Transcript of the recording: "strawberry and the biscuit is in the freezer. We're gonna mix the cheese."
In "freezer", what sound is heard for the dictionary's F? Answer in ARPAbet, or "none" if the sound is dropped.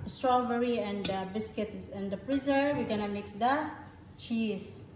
P